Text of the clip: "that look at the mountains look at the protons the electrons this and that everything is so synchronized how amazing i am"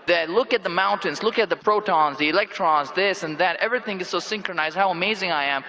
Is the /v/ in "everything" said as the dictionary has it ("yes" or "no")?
yes